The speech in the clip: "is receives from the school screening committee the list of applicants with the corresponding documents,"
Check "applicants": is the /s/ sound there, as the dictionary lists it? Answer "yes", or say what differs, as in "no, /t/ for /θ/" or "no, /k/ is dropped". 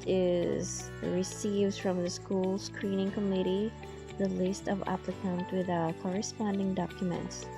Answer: no, /s/ is dropped